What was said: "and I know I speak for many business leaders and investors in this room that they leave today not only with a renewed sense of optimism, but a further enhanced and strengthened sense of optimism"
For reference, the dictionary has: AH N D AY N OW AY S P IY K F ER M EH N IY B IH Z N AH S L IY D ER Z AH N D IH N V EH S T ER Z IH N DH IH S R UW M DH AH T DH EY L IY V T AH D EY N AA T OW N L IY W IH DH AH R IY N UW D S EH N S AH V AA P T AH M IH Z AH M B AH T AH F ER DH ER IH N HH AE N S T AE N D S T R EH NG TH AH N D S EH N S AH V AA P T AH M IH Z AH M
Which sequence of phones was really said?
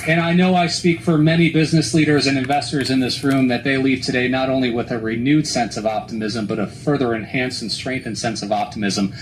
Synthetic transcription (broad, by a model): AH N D AY N OW AY S P IY K F ER M EH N IY B IH Z N AH S L IY D ER Z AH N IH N V EH S T ER Z IH N DH IH S R UW M DH AH T DH EY L IY V T AH D EY N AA T OW N L IY W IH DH AH R IY N UW D S EH N S AH V AA P T AH M IH Z AH M B AH T AH F ER DH ER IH N HH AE N S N S T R EH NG TH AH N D S EH N S AH V AA P T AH M IH Z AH M